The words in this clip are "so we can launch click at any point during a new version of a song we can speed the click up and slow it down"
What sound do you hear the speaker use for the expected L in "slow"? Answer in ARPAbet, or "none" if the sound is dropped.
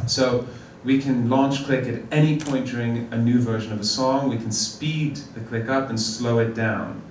L